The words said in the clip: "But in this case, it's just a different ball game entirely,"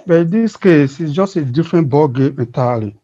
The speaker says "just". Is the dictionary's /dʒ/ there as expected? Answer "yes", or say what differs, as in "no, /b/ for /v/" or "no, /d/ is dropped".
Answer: yes